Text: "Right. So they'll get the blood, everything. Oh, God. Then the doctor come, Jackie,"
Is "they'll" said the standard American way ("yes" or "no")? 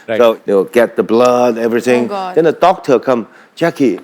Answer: no